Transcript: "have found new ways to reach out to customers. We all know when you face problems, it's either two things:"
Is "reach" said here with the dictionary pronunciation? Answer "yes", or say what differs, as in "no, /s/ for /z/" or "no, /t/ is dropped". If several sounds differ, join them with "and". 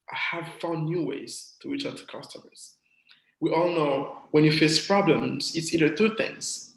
no, /w/ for /ɹ/